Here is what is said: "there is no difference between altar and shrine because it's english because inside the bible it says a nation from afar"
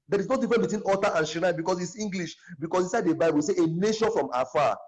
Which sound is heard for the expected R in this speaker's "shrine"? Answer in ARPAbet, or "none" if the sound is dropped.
none